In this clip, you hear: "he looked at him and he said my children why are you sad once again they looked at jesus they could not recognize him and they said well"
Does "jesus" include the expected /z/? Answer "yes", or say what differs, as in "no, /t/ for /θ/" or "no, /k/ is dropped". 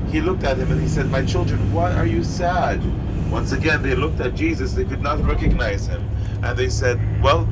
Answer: yes